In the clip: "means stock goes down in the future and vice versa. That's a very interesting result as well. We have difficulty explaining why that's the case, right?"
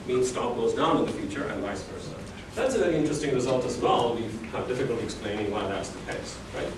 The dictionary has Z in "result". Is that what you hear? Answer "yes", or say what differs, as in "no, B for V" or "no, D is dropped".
yes